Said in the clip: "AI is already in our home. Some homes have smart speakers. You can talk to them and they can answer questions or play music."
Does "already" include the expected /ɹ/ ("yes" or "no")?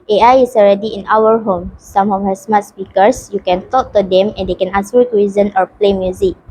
yes